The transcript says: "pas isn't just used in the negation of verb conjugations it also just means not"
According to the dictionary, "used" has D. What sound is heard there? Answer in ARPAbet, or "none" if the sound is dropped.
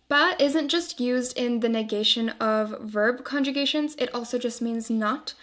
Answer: D